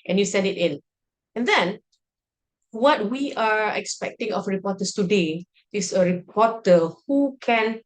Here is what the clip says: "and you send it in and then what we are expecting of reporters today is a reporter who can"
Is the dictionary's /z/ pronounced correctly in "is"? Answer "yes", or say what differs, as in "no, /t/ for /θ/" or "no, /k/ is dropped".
no, /s/ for /z/